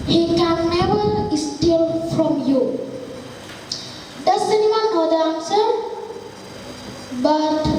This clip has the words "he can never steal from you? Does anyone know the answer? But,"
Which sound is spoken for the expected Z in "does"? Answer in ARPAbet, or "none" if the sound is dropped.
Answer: S